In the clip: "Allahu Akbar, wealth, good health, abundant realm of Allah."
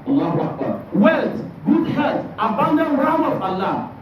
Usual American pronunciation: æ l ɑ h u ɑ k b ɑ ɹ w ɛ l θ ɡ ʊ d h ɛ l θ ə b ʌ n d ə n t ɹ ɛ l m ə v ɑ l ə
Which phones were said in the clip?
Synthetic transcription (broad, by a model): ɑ l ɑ h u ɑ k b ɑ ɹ w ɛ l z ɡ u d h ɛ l t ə b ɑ n d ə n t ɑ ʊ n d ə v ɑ l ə